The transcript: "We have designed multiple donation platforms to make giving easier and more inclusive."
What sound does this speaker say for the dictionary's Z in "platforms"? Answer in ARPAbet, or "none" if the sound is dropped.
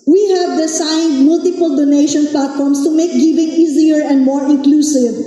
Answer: S